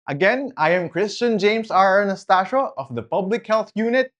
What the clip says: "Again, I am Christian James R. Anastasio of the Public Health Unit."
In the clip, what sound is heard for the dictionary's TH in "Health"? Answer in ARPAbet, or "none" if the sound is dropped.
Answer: TH